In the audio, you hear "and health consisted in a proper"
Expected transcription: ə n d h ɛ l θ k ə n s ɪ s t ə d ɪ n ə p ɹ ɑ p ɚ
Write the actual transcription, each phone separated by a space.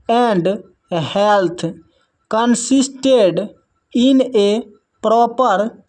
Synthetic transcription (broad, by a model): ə n d h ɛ l t k ə n s ɪ s t ə d ɪ n ə p ɹ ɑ p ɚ